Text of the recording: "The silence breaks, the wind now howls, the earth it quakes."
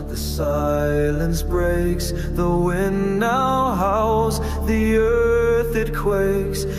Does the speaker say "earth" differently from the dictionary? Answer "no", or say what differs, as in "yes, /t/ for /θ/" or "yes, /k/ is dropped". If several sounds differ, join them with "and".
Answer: no